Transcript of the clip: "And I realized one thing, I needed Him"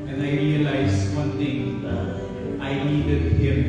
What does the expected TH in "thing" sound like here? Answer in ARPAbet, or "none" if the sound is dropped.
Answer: T